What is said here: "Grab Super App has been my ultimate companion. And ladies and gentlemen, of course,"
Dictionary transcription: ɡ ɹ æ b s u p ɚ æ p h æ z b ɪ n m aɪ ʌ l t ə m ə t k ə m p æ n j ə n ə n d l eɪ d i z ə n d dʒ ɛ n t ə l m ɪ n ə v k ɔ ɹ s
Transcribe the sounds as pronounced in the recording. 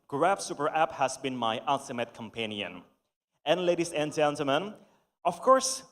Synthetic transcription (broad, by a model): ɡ ɹ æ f s u p ɚ æ p h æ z b ɪ n m aɪ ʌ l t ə m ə t k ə m p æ n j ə n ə n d l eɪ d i s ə n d dʒ ɛ n t ə l m ɪ n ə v k ɔ ɹ s